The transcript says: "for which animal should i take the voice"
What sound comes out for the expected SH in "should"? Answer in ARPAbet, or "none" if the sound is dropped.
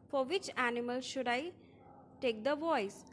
SH